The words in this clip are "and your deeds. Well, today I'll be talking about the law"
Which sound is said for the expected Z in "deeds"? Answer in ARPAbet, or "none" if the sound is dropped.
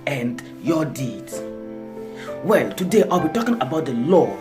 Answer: none